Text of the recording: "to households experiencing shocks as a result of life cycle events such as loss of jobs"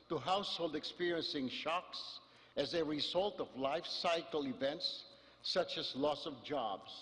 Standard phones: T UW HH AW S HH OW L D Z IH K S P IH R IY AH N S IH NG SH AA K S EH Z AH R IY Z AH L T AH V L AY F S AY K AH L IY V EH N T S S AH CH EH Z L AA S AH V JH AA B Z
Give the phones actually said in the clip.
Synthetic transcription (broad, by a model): T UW HH AW S HH OW L D IH K S P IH R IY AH N S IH NG SH AA K S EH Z AH R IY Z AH L T AH V L AY F S AY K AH L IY V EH N T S S AH CH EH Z L AA S AH V JH AA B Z